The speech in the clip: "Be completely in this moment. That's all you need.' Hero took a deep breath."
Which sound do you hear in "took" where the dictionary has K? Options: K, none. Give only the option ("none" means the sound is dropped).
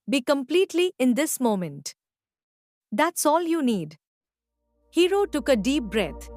K